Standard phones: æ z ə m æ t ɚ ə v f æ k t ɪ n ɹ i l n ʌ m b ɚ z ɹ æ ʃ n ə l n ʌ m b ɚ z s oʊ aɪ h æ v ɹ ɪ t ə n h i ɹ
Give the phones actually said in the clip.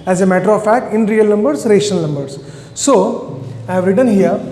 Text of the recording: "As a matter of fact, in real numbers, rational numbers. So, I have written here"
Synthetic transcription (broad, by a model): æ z ə m æ t ɚ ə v f æ k t ɪ n ɹ i l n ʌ m b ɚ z ɹ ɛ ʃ ə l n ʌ m b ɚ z s oʊ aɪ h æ v ɹ ɪ t ə n h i ɹ